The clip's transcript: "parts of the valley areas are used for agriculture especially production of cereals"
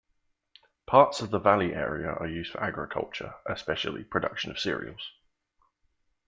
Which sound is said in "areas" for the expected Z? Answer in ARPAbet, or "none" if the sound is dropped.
none